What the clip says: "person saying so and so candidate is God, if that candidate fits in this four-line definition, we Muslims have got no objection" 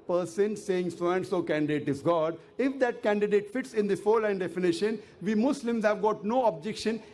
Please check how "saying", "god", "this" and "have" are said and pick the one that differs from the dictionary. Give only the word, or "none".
this